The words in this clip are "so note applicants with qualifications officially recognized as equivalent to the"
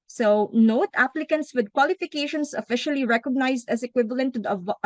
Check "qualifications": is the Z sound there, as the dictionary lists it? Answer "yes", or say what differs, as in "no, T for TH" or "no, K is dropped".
no, S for Z